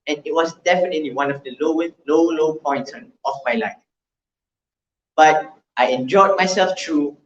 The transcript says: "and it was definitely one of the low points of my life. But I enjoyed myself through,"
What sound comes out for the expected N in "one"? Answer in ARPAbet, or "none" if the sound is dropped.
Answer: L